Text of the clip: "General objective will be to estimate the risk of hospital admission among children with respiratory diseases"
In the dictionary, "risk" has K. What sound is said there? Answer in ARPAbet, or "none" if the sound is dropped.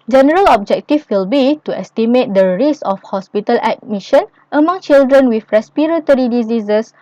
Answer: none